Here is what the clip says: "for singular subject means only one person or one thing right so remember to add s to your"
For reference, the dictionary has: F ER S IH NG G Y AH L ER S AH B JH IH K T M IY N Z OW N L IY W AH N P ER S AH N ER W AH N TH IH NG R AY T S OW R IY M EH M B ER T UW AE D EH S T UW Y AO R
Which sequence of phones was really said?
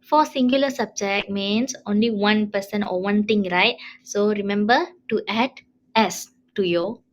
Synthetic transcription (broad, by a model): F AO S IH NG G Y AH L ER S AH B JH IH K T M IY N S OW N L IY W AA N P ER S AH N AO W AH N T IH NG R AY T S OW R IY M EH M B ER T UW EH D EH S T UW Y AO